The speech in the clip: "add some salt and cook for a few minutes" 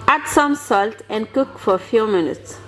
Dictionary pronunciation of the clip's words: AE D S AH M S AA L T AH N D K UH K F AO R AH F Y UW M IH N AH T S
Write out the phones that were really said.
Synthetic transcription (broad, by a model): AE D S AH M S AA L T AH N K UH K F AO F AH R M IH N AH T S